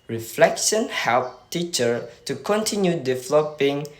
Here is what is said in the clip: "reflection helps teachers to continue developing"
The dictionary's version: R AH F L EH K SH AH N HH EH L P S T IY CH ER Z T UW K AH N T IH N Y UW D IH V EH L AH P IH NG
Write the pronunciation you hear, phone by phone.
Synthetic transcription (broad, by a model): R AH F L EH K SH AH N HH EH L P T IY CH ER T UW K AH N T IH N Y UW D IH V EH L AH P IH NG